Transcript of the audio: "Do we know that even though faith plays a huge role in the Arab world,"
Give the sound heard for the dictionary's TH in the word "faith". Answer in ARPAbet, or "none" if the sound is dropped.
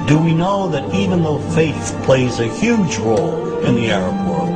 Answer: TH